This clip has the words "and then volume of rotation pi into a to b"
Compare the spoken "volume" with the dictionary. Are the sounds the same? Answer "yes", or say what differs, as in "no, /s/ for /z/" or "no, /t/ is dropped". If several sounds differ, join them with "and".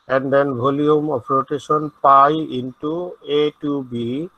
no, /b/ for /v/